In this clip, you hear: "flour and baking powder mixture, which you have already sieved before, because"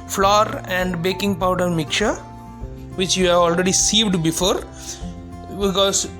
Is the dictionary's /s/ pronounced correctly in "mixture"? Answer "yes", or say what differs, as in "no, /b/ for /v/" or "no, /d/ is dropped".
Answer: no, /s/ is dropped